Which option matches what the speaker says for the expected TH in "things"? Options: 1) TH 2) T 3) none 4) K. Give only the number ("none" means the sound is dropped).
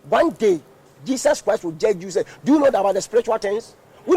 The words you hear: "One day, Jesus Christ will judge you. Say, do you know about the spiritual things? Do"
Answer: 2